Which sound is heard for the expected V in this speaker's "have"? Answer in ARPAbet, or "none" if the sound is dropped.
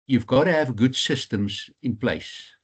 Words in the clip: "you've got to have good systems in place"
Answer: V